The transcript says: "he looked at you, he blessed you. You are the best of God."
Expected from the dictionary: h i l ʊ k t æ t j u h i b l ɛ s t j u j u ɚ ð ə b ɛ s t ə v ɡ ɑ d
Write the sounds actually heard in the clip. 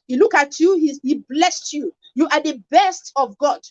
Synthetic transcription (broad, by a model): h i l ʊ k ɑ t j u h i b l ɛ s t j u j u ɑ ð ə b ɛ s t ə v ɡ ɑ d